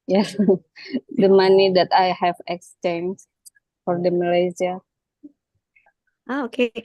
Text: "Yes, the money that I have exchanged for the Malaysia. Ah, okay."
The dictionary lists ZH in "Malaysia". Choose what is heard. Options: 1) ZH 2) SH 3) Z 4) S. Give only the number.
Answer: 3